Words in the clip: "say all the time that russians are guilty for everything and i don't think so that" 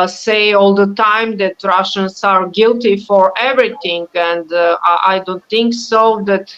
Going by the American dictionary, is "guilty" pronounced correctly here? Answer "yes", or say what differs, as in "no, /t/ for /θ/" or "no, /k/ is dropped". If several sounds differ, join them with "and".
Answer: yes